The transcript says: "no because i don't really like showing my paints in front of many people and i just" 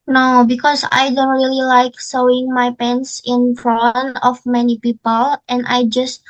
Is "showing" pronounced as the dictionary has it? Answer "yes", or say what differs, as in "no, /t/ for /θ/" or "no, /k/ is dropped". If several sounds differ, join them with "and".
no, /s/ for /ʃ/